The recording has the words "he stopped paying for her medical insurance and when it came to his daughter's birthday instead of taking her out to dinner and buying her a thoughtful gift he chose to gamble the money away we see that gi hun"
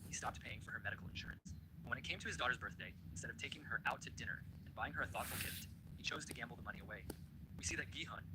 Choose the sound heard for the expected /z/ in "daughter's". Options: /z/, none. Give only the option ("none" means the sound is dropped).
/z/